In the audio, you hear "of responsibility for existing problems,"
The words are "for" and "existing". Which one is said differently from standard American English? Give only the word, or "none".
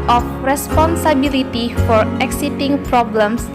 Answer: existing